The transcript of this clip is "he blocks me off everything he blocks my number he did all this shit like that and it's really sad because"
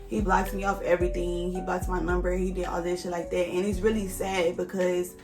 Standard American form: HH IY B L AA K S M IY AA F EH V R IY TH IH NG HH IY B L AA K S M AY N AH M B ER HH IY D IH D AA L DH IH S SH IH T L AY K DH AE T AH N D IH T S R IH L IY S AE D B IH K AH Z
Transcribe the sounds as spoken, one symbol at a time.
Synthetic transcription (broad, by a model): HH IY B L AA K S M IY AA F EH V R IY TH IH NG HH IY B L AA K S M AY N AH M B ER HH IY D IH D AA L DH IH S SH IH L AY K DH AE T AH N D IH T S R IH L IY S AE D B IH K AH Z